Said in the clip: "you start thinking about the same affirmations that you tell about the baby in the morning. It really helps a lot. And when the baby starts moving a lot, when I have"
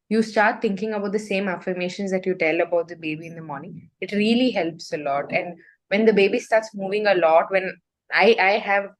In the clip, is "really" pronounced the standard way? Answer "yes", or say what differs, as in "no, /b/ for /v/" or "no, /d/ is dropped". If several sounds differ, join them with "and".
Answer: yes